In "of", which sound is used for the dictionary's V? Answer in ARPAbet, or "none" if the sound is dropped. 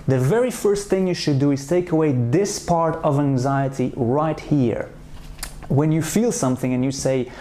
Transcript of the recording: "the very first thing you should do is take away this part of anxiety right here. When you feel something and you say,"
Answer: V